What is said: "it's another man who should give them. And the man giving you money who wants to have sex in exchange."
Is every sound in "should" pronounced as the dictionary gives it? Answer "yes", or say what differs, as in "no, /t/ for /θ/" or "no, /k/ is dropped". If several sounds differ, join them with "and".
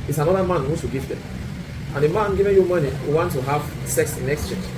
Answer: no, /s/ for /ʃ/